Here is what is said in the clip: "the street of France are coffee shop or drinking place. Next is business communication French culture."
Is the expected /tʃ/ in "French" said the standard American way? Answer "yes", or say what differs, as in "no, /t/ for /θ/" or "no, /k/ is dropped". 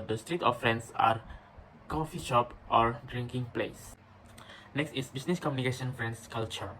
no, /s/ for /tʃ/